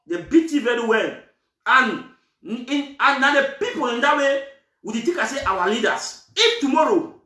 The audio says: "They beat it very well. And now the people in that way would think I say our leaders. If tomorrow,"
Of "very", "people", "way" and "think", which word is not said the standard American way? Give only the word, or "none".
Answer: think